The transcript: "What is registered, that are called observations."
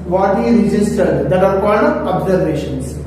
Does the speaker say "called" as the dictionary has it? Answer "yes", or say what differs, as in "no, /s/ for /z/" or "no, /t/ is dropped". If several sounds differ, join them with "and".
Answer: no, /l/ is dropped